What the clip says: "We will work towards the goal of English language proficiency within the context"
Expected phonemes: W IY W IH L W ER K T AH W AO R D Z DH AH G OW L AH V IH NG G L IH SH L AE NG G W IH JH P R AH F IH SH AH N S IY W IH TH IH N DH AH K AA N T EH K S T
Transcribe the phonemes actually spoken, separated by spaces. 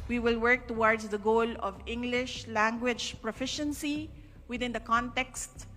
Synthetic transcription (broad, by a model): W IY W IH L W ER K T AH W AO R D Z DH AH G OW L AH V IH NG G L IH SH L AE NG G W IH JH P R AH F IH SH AH N S IY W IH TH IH N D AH K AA N T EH K S T